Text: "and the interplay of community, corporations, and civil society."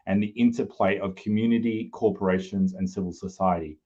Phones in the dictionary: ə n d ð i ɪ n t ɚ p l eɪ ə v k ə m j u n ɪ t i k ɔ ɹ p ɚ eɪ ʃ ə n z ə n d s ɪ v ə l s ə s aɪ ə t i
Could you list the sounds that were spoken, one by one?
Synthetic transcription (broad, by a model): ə n ð i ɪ n t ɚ p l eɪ ə v k ə m j u n ɪ t i k ɔ ɹ p ɚ eɪ ʃ ə n z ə n s ɪ v ə l s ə s aɪ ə t i